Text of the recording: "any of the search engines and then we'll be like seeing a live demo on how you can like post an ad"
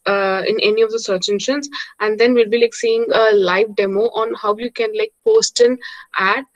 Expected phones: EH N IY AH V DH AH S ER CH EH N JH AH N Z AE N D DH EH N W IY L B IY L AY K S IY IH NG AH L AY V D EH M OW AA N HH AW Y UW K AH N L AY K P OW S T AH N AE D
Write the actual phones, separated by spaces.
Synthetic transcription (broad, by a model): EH N IY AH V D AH S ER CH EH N SH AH N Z AE N D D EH N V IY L B IY L AY K S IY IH NG AH L AY V D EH M OW AA N HH AW Y UW K AH N L AY K P OW S T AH N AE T